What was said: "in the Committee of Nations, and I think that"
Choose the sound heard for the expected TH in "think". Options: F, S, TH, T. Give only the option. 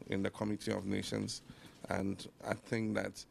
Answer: T